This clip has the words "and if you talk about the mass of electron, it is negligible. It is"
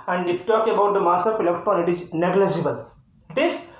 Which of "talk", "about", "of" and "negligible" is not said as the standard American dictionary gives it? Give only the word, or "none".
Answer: of